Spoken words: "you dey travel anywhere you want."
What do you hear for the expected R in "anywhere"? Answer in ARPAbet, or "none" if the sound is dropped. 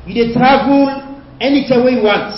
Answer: W